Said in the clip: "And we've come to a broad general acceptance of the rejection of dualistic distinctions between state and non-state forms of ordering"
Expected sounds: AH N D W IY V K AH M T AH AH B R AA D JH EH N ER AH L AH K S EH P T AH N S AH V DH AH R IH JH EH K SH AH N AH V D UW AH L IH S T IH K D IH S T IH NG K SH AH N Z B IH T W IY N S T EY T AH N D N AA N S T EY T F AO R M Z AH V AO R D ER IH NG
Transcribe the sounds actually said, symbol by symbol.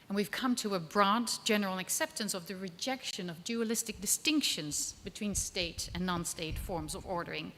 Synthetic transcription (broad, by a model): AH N W IY V K AH M T AH AH B R AA D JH EH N ER L AH K S EH P T AH N S AH V DH AH R IH JH EH K SH AH N AH V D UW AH L IH S T IH K D IH S T IH NG K SH AH N Z B IH T W IY N S T EY T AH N N AA N S T EY T F AO R M Z AH V AO R D ER IH NG